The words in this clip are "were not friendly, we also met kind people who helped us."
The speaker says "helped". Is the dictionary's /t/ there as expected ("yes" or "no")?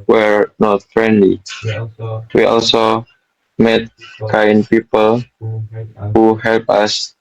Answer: no